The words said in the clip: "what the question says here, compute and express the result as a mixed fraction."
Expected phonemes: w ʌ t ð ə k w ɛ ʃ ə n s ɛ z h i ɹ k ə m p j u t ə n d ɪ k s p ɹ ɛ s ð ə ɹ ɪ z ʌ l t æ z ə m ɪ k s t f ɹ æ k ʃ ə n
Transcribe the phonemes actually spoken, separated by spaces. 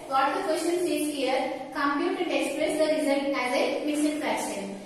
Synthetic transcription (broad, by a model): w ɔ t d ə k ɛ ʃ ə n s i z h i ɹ k ə m p j u t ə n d ɪ k s p ɹ ɛ s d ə ɹ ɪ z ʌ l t æ z ə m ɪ s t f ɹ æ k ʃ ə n